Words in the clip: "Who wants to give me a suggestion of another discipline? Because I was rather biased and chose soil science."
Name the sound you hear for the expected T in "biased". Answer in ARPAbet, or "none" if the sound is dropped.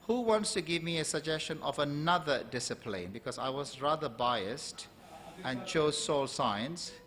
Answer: T